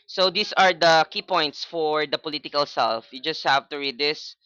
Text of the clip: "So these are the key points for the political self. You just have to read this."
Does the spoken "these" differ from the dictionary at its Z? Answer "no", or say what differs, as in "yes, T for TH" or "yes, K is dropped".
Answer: yes, S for Z